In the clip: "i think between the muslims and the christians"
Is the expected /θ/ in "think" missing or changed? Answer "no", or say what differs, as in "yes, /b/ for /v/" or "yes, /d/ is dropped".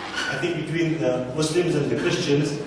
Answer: yes, /t/ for /θ/